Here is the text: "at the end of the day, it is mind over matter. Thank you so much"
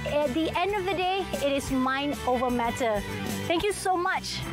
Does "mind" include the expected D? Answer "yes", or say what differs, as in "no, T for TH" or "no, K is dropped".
no, D is dropped